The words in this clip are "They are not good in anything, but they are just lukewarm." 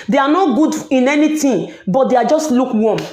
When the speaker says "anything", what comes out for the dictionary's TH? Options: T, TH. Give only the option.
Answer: T